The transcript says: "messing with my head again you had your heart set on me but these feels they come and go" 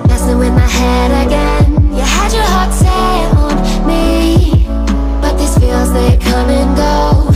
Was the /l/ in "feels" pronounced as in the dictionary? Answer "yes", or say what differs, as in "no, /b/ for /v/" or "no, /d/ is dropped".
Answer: yes